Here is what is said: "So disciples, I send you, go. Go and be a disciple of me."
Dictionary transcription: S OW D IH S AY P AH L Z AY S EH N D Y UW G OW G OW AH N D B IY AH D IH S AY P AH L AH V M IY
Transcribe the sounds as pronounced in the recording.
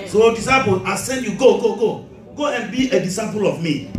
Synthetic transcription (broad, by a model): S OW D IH S AY P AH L AY S EH N D Y UW G OW G OW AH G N B IY AH D IH S AY P AH L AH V M IY